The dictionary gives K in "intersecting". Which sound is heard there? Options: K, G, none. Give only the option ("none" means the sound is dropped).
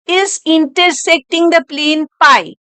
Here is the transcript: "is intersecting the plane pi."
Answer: K